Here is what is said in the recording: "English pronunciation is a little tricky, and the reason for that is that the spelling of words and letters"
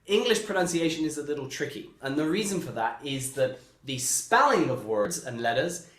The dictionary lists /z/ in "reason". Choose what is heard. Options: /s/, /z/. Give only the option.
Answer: /z/